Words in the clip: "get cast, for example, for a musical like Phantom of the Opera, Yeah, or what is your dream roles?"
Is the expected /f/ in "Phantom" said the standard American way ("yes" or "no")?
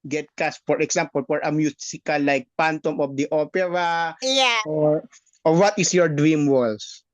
no